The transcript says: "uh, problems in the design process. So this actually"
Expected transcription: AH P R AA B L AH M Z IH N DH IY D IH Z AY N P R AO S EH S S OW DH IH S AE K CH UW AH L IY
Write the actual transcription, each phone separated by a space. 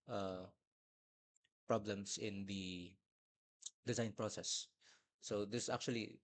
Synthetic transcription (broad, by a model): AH P R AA B L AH M S IH N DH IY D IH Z AY N P R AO S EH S S OW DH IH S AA K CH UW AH L IY